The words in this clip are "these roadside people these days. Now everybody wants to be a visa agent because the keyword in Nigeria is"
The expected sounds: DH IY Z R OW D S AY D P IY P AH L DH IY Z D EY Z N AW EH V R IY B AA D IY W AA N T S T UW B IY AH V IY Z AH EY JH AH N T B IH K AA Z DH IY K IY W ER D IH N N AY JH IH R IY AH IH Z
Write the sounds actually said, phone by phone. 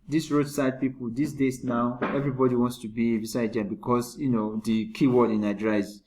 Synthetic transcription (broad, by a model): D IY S R OW D S AY D P IY P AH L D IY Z D EY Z N AW EH V R IY B AA D IY W AA N T S T UW B IY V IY S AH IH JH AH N B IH K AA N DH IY K IY W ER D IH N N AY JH R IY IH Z